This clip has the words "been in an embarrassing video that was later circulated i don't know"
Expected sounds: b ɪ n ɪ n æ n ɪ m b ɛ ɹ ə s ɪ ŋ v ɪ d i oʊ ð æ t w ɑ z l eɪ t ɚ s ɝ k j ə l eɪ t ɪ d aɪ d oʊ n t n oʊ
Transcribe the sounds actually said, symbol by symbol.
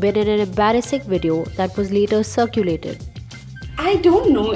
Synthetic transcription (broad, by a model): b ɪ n ɪ n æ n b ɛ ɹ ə s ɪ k v ɪ d i oʊ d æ t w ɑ z l eɪ t ɚ s ɝ k j ə l eɪ t ɪ d aɪ d oʊ n t n oʊ